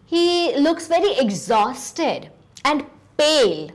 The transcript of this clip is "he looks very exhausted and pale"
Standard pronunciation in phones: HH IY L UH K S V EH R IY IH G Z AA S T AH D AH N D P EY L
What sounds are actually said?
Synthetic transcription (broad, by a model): HH IY L UH K S V EH R IY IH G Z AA S T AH D AH N D P EY L